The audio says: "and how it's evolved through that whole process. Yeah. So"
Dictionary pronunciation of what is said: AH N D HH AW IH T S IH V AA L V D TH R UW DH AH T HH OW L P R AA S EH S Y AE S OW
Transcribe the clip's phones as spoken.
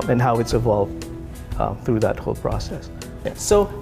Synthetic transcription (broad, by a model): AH N HH AW IH T S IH V AA L V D TH R UW DH AH T HH OW L P R AA S EH S Y AE S OW